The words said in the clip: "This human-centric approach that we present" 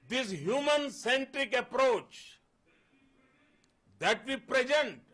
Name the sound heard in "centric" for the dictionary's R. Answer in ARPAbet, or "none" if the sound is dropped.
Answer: R